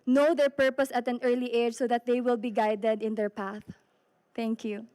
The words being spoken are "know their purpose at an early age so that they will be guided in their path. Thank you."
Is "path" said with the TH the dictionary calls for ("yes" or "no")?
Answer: yes